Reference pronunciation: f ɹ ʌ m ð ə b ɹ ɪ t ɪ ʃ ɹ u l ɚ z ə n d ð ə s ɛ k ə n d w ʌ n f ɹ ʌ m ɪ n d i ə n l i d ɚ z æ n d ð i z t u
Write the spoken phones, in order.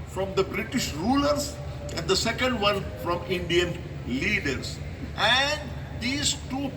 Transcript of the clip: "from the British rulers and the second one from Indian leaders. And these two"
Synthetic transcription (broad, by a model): f ɹ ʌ m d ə b ɹ ɪ t ɪ ʃ ɹ u l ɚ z ə n d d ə s ɛ k ə n d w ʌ n f ɹ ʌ m ɪ n d i ə n l i d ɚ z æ n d i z t u